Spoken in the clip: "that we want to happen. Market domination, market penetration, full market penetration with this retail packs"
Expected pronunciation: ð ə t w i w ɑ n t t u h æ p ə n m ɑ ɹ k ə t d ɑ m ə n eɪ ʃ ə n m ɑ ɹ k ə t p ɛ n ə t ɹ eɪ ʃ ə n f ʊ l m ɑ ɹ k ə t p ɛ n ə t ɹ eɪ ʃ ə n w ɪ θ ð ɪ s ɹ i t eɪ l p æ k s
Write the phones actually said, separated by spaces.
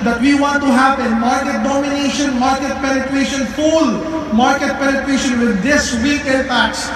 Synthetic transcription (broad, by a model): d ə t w i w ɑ n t t u h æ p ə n m ɑ ɹ k ə t d ɑ m ə n eɪ ʃ ə n m ɑ ɹ k ə t p ɛ n ə t ɹ eɪ ʃ ə n f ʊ l m ɑ ɹ k ə t p ɛ n ə t ɹ eɪ ʃ ə n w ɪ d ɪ s w i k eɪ n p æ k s